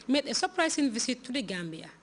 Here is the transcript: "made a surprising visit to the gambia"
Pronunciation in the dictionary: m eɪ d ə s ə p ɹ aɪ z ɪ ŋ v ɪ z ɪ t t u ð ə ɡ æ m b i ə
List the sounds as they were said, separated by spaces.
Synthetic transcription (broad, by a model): m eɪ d ə s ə p ɹ aɪ s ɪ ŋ v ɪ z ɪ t t u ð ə ɡ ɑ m b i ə